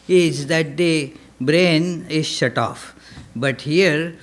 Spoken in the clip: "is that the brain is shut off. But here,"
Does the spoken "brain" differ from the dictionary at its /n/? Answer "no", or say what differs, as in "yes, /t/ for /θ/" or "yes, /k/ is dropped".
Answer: no